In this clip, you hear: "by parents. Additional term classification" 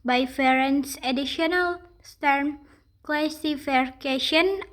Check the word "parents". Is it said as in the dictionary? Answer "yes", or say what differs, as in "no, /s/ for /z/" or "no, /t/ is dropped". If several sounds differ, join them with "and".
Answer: no, /f/ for /p/